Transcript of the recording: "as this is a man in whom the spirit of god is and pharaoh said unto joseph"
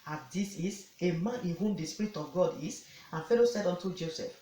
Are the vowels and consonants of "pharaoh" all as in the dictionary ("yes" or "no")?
no